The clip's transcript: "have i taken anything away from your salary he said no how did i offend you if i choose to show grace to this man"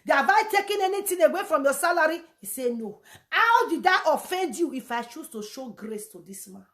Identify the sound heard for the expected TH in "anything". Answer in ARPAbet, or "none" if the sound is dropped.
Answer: T